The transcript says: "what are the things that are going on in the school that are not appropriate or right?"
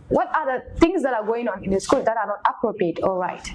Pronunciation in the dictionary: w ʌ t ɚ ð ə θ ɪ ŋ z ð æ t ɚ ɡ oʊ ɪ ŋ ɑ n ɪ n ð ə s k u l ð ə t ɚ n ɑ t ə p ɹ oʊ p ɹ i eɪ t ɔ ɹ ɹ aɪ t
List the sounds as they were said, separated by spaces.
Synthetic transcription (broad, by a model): w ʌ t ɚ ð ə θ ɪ ŋ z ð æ t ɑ ɡ oʊ ɪ ŋ ɑ n ɪ n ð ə s k u l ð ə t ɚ n ɑ t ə p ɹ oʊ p ɹ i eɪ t ɔ l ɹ aɪ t